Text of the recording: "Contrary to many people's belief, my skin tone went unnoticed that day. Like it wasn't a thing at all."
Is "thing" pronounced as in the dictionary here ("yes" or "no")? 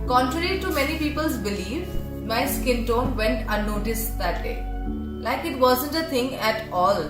no